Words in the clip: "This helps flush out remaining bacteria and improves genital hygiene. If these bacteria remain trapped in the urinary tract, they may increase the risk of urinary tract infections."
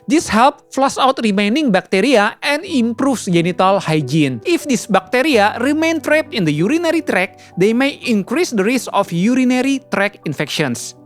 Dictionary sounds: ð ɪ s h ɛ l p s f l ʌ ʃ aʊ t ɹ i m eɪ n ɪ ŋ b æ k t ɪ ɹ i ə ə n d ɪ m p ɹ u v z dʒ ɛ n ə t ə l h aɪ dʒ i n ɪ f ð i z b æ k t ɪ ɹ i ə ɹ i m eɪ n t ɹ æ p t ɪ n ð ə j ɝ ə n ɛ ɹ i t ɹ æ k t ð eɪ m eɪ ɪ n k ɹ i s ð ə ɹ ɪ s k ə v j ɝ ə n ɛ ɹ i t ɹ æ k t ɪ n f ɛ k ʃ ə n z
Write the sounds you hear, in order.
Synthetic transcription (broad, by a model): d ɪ s h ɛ l p f l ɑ s aʊ t ɹ i m eɪ n ɪ ŋ b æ k t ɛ ɹ i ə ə n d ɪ m p ɹ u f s dʒ ɛ n ə t ə l h aɪ dʒ i n ɪ f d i s b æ k t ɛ ɹ i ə ɹ i m eɪ n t ɹ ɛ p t ɪ n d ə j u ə n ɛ ɹ i t ɹ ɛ k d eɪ m eɪ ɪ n k ɹ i s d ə ɹ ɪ s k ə f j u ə n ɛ ɹ i t ɹ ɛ k ɪ n f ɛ k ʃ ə n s